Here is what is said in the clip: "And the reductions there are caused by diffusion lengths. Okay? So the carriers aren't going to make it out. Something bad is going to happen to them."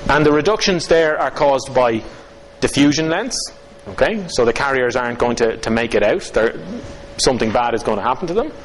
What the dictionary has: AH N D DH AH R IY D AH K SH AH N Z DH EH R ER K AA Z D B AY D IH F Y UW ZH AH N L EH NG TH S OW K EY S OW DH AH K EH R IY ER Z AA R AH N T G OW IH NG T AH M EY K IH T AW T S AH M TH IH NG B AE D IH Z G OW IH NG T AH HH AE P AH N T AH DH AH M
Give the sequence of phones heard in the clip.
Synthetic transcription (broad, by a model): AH N DH AH R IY D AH K SH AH N Z DH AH R ER K AA Z B AY D IH F Y UW ZH AH N L EH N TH S OW K EY S OW DH AH K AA R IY ER Z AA R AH N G OW IH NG T AH M EY K IH T AW T S AH M TH IH NG B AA D IH Z G OW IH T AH HH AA P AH N T AH DH AH M